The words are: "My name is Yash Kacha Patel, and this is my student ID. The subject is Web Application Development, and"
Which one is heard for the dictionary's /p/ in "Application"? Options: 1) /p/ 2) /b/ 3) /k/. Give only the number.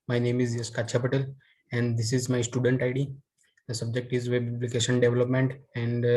2